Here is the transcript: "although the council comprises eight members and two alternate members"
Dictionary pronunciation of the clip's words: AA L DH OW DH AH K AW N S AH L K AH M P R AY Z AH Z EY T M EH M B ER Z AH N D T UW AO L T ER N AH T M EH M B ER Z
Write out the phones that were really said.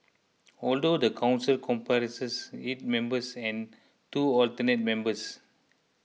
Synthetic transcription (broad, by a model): AA L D OW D AH K AW N S AH L K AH M P R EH S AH S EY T M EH M B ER S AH N T UW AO L T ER N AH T M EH M B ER S